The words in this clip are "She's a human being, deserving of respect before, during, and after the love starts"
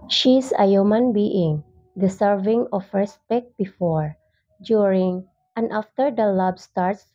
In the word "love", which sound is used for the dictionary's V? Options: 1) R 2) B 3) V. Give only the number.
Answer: 2